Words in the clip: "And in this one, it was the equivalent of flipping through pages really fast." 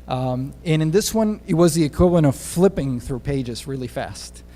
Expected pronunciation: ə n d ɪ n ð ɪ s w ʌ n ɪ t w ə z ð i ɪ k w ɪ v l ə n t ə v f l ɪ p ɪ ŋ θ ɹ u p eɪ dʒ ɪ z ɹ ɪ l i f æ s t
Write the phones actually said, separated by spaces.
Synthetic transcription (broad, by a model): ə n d ɪ n ð ɪ s w ʌ n ɪ t w ə z ð i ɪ k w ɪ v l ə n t ə v f l ɪ p ɪ ŋ θ ɹ u p eɪ dʒ ɪ z ɹ ɪ l i f æ s t